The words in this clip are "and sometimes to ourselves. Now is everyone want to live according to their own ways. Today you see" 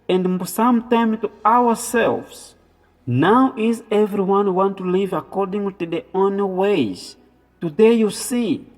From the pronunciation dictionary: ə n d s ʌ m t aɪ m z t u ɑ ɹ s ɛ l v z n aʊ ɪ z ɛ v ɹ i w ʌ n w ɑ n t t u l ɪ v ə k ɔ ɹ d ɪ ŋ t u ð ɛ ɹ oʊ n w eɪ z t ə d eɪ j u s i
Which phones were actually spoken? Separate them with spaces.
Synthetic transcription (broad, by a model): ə n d s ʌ m t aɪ m t u ɑ w s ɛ l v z n aʊ ɪ z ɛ v ɹ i w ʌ n w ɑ n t t u l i v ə k ɔ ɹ d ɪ ŋ t u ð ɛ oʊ n w eɪ z t ə d eɪ j u s i